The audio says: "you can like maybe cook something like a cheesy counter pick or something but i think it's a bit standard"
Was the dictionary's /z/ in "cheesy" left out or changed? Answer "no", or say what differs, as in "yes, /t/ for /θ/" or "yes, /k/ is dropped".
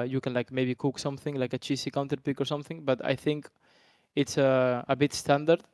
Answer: yes, /s/ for /z/